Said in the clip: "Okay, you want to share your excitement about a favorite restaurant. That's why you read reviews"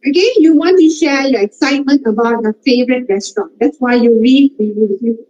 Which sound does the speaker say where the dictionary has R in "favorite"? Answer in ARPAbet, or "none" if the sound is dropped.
R